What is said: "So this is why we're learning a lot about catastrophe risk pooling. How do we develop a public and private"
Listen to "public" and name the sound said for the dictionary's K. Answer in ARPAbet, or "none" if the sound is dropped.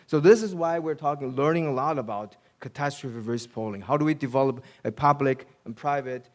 K